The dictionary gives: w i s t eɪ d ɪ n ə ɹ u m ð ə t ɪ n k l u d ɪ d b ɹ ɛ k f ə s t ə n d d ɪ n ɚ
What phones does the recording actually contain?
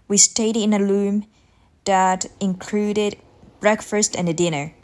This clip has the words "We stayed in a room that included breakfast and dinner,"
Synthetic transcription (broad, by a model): w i s t eɪ d ɪ n ə l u m ð ə t ɪ n k l u d ɪ d b ɹ ɛ k f ə s t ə n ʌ d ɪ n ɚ